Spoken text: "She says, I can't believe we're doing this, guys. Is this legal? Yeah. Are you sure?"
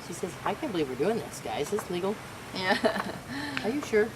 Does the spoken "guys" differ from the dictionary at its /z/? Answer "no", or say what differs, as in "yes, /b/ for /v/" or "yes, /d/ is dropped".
yes, /z/ is dropped